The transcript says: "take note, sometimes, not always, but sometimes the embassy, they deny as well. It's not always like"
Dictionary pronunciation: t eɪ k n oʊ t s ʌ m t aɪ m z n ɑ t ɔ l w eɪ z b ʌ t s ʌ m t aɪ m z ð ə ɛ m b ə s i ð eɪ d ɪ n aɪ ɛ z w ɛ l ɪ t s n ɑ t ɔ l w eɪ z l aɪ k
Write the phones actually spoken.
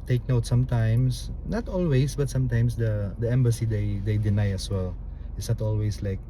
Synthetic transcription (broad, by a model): t eɪ k n oʊ t s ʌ m t aɪ m s n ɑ t ɔ l w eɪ s b ʌ t s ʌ m t aɪ m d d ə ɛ m b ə s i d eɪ d ɪ n aɪ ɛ s w ɛ l ɪ t s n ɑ t ɔ l w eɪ s l aɪ k